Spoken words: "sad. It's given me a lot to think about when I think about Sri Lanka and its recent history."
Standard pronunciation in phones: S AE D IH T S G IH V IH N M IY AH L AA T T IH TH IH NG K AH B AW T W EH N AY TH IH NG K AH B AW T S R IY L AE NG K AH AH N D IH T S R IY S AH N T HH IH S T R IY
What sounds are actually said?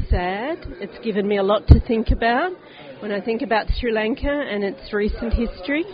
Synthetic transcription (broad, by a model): S AE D IH T S G IH V IH N M IY AH L AA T T IH TH IH NG K AH B AW T W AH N AY TH IH NG K AH B AW T S R IY L AE NG K AH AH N IH T S R IY S AH N T HH IH S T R IY